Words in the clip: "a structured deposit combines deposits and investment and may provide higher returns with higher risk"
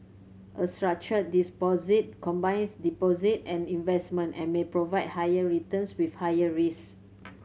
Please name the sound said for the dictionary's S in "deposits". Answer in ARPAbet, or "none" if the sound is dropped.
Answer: none